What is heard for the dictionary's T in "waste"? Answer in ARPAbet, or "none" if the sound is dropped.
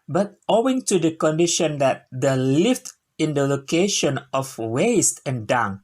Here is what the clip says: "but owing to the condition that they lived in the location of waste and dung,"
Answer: T